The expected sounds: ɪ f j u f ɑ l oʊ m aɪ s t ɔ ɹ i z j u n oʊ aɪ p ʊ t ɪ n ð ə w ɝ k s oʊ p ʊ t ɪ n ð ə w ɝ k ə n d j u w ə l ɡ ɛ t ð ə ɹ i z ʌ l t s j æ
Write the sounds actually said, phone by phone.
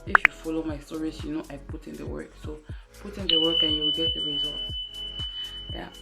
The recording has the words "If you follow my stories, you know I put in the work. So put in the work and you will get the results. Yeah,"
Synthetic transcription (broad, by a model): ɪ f j u f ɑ l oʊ m aɪ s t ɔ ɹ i s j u n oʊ aɪ p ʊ t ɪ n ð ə w ɝ k s oʊ p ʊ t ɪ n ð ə w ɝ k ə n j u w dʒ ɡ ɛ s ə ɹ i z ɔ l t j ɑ